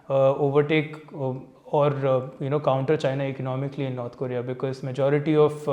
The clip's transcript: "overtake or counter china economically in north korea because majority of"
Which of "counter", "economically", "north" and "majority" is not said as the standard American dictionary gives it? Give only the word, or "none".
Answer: north